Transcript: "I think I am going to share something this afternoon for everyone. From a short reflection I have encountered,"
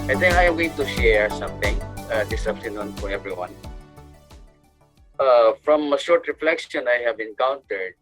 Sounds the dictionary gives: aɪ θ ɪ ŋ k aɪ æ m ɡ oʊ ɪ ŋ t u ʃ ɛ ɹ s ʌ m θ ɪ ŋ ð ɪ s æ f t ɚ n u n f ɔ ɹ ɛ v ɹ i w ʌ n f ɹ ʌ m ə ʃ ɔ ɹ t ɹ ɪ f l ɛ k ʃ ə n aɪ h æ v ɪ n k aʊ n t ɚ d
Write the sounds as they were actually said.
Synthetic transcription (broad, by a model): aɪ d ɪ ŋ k aɪ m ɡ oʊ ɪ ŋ t u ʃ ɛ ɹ s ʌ m t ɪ ŋ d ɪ s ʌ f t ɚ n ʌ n f ɔ ɹ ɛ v ɹ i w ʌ n f ɹ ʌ m ə ʃ ɔ ɹ t ɹ ɪ f l ɛ k ʃ ə n aɪ h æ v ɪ n k aʊ n t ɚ d